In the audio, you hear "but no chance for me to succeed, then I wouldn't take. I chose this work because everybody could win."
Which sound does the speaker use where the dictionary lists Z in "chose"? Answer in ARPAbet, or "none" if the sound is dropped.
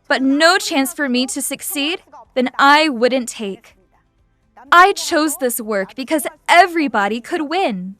Z